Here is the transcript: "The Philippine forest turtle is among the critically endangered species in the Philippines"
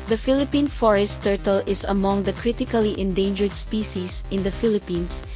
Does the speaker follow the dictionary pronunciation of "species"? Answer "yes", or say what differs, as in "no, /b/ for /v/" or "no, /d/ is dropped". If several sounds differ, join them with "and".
no, /s/ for /z/